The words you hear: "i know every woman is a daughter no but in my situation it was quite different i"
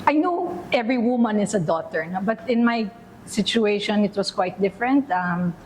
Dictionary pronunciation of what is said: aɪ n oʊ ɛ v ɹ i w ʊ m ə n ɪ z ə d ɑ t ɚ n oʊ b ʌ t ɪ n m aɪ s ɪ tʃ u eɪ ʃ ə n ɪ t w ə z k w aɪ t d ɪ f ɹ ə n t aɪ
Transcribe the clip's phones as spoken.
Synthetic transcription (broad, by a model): aɪ n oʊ ɛ v ɹ i w ʊ m ə n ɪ s ə d ɑ t ɚ n oʊ b ʌ t ɪ n m aɪ s ɪ tʃ u eɪ ʃ ə n ɪ t w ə s k w aɪ t d ɪ f ɹ ə n t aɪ